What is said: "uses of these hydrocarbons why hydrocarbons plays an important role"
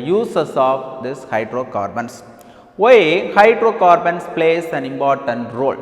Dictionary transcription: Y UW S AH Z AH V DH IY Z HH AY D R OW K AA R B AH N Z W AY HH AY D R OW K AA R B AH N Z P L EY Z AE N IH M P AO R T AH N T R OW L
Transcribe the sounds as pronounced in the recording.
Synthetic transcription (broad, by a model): Y UW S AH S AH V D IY S HH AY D R OW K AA R B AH N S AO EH HH AY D R OW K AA R B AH N S P L EY S AE N IH M P AO R T AH N T R OW L